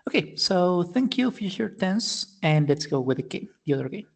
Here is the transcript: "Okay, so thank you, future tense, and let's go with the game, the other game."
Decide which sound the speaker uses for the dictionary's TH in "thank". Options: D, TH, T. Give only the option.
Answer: TH